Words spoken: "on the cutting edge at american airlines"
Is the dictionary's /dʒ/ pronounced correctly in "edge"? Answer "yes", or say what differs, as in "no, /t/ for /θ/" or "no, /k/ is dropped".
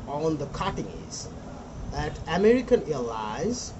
no, /z/ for /dʒ/